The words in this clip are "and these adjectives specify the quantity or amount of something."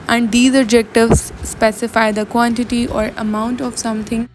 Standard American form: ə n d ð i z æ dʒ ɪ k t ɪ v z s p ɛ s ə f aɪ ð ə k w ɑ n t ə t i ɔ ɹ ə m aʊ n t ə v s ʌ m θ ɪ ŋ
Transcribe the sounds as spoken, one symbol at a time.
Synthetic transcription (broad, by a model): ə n d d i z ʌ dʒ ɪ k t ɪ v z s p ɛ s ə f aɪ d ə k w ɑ n t ə t i ɔ ɹ ə m aʊ n t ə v s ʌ m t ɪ ŋ